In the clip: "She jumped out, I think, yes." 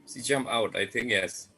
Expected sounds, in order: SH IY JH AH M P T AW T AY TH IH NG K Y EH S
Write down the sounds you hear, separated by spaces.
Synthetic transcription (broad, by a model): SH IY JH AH M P AW T AY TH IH NG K Y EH S